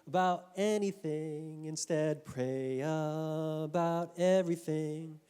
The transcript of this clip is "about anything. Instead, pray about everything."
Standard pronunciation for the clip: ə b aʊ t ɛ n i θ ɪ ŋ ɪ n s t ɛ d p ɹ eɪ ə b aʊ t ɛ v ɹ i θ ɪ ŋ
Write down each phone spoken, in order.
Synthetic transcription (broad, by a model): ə b aʊ t ɛ n i θ ɪ ŋ ɪ n s t ɛ d p ɹ eɪ ə b aʊ t ɛ v ɹ i θ ɪ ŋ